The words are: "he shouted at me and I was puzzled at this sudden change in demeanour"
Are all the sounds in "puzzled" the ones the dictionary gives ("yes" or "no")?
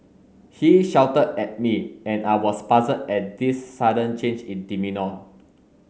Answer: no